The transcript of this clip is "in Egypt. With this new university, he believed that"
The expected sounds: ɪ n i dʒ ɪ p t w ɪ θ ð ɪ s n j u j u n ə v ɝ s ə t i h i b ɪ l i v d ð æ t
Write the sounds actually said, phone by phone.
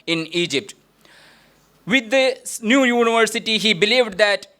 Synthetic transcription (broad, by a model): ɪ n i dʒ ɪ p t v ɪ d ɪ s n j u j u n ə v ɝ s ə t i h i b ɪ l i v d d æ t